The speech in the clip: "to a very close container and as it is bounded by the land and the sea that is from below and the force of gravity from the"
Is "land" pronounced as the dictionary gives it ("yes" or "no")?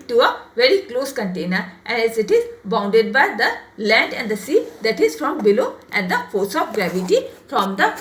yes